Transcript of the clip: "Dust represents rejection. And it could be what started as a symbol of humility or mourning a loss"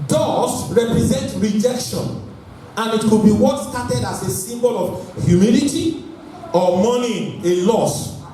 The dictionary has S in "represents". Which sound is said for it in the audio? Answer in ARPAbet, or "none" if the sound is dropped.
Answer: none